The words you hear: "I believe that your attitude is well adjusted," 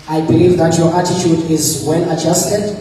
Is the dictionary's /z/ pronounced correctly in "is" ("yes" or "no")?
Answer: yes